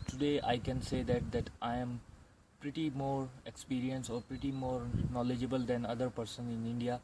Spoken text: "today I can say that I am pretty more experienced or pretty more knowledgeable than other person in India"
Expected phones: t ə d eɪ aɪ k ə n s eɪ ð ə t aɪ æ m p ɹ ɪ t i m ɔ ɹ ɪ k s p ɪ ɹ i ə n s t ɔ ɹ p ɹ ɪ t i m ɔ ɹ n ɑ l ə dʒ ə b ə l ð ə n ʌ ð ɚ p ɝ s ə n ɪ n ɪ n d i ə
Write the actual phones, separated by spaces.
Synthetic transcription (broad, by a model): t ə d eɪ aɪ k ə n s eɪ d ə t aɪ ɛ m p ɹ ɪ t i m ɔ ɹ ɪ k s p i ɹ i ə n s ɔ ɹ p ɹ ɪ t i m ɔ ɹ n ɑ l ə dʒ ə b ə l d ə n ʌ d ɚ p ɝ s ə n ɪ n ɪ n d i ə